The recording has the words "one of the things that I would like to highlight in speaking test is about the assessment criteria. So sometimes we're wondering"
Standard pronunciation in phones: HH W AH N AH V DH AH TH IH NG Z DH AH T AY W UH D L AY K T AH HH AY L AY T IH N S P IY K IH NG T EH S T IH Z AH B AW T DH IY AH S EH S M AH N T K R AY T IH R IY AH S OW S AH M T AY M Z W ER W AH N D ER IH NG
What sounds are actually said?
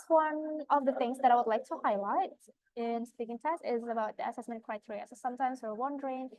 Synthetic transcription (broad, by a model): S W AH N AH V DH AH TH IH NG Z DH AH T AY W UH D L AY K T AH HH AY L AY T IH N S P IY K IH NG T EH S T IH Z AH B AW T DH IY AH S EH S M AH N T K R AY T IH R IY AH S OW S AH M T AY M Z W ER W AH N D ER IH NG